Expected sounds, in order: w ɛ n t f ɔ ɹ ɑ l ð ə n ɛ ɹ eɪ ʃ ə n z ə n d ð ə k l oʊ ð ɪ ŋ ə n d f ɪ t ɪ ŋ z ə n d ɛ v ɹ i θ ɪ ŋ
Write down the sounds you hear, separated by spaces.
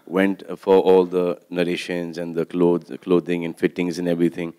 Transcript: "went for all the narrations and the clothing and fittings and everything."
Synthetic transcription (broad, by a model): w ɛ n t f ɔ ɹ ɑ l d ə n ɛ ɹ eɪ ʃ ə n z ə n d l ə k l oʊ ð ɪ ŋ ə n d f ɪ t ɪ ŋ z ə n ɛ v ɹ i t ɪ ŋ